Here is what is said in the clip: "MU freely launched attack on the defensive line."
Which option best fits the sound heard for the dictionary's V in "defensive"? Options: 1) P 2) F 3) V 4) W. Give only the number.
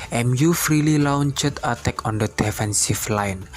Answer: 2